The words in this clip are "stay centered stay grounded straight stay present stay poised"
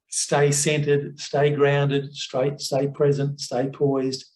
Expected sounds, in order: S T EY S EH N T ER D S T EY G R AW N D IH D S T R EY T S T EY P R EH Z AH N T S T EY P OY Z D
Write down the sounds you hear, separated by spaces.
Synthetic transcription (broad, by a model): S T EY S EH N T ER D S T EY G R AW N D IH D S T R EY T S T EY P R EH Z AH N T S T EY P OY Z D